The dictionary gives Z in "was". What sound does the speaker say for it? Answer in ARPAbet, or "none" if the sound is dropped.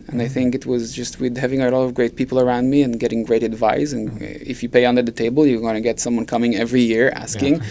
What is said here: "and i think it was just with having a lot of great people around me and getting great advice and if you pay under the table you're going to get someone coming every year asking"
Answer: Z